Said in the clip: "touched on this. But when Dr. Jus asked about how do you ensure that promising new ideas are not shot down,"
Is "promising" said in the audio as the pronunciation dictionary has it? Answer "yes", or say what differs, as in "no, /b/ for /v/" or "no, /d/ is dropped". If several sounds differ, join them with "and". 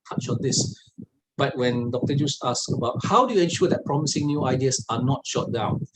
yes